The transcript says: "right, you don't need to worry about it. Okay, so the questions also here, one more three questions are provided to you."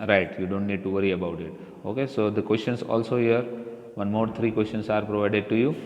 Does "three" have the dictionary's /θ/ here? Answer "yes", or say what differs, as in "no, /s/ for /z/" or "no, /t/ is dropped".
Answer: no, /t/ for /θ/